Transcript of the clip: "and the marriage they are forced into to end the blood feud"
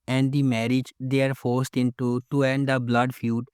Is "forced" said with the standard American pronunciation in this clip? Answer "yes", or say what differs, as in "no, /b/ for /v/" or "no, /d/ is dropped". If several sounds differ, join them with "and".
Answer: yes